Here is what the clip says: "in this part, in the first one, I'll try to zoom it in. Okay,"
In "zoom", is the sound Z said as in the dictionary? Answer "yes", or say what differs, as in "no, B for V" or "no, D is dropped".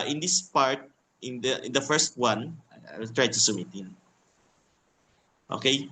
no, S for Z